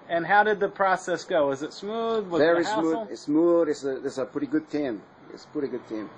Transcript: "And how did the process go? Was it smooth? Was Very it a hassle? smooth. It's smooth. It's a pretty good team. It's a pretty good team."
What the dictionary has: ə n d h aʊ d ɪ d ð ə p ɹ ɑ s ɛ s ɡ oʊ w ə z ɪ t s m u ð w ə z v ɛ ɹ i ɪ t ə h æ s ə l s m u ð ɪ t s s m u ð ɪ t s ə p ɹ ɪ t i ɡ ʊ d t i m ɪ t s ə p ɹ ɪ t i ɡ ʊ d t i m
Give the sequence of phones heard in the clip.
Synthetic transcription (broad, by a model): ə n h aʊ d ɪ d ð ə p ɹ ɑ s ɛ s ɡ oʊ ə z ɪ t s m u ð w ə z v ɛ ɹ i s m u ə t s m u ð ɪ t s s ʌ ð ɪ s ə p ɹ ɪ t i ɡ ʊ d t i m ɪ t s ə p ɹ ɪ t i ɡ ʊ d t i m